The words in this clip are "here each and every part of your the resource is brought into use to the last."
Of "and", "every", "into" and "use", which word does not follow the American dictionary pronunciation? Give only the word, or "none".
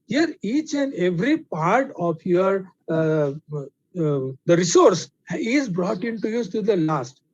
use